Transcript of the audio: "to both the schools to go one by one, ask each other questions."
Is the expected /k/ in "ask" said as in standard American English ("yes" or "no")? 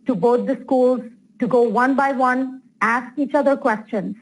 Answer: yes